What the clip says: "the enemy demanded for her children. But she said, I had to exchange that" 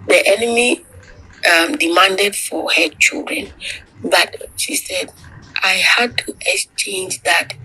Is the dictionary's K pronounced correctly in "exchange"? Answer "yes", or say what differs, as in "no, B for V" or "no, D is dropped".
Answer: yes